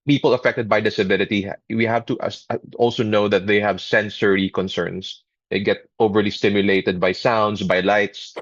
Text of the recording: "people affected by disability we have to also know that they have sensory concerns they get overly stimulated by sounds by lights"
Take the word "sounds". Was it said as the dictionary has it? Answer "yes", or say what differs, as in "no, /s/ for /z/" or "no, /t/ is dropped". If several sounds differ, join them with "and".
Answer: no, /s/ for /z/